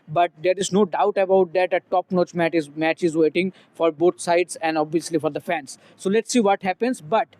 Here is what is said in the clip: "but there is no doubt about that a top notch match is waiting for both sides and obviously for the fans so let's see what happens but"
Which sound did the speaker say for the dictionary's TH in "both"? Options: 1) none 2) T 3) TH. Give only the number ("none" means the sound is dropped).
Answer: 2